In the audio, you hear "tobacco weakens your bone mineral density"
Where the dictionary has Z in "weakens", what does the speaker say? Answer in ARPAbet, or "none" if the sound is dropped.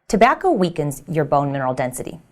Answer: Z